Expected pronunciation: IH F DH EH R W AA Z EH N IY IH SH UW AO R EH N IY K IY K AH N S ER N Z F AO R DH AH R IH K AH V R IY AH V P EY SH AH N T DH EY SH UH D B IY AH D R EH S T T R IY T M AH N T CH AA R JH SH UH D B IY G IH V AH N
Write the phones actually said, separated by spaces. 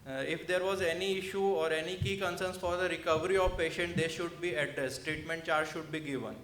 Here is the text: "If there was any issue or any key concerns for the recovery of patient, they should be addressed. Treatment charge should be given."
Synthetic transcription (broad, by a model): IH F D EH R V AA Z EH N IY IH SH UW AO R EH N IY K IY K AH N S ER N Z F AO R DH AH R IH K AH V R IY AH V P EY SH AH N T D EY SH UH D B IY AH D R EH S T T R IY T M AH N T CH AA R JH SH UH D B IY G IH V AH N